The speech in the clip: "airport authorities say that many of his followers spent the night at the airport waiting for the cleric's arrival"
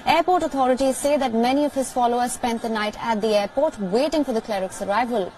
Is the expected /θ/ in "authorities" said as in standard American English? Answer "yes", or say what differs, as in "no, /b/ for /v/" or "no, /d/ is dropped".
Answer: no, /t/ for /θ/